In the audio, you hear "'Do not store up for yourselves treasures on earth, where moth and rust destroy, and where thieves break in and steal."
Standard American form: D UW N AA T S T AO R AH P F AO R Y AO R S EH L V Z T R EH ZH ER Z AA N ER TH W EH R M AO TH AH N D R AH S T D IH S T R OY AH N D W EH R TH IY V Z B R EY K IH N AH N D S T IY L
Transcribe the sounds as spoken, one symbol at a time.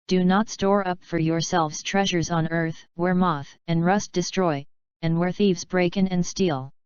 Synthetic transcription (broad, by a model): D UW N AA T S T AO R AH P F AO R Y AO R S EH L V Z T R EH ZH ER Z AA N ER TH W EH R M AO TH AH N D R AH S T D IH S T R OY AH N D W EH R TH IY V Z B R EY K IH N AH N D S T IY L